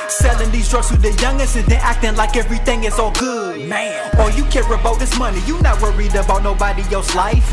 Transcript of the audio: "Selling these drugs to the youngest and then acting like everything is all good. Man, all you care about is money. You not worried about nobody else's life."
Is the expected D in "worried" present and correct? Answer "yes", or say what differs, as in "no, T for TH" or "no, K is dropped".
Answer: yes